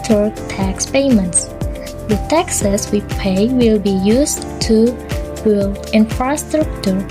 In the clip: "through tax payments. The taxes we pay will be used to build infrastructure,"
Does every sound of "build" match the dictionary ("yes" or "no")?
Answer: no